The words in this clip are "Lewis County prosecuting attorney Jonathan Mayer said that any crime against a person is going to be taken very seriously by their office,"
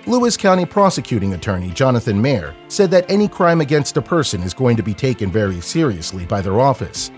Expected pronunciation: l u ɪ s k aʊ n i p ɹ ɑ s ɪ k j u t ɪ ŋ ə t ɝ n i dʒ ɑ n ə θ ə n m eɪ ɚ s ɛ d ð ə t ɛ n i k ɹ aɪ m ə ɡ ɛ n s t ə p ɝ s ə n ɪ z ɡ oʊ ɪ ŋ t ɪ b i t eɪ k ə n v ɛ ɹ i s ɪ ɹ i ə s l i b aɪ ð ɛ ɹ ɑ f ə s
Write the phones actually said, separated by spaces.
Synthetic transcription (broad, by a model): l u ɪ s k aʊ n i p ɹ ɑ s ɪ k j u t ɪ ŋ ə t ɝ n i dʒ ɑ n ə θ ə n m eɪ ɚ s ɛ d ð ə t ɛ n i k ɹ aɪ m ə ɡ ɛ n s t ə p ɝ s ə n ɪ z ɡ oʊ ɪ ŋ t ɪ b i t eɪ k ə n v ɛ ɹ i s ɪ ɹ i ə s l i b aɪ ð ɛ ɹ ɑ f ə s